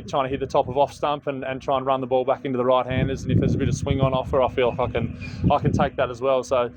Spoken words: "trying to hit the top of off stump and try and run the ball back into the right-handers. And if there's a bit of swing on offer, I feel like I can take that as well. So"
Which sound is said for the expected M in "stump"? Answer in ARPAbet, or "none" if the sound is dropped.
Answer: M